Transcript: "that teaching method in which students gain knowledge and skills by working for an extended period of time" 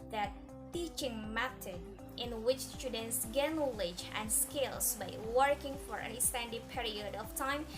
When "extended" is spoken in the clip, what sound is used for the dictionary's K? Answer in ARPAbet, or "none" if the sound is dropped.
none